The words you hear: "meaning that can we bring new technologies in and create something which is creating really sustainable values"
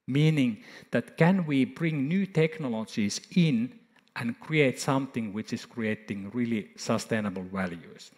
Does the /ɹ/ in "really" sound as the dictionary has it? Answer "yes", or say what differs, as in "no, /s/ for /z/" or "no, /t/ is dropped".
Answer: yes